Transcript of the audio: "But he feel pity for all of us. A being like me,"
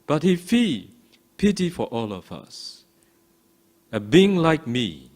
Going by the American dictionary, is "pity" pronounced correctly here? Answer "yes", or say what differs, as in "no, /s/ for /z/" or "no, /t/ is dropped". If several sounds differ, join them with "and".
yes